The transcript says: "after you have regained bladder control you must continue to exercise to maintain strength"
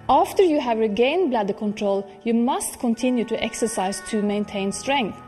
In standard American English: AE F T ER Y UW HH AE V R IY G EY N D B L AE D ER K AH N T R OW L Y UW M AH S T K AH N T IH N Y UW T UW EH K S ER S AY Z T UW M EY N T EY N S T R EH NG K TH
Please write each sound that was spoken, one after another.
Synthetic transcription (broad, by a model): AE F T ER Y UW HH AE V R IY G EY N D B L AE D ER K AH N T R OW L Y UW M AH S T K AH N T IH N Y UW T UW EH K S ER S AY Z T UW M EY N T EY N S T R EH NG K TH